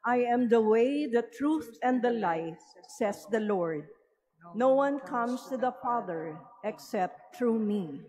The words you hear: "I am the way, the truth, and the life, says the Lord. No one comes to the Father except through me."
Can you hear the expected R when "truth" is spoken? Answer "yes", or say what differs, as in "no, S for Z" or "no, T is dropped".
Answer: yes